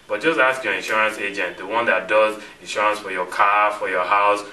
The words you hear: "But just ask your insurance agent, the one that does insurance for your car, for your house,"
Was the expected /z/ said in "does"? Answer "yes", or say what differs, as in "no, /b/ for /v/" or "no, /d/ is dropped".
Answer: yes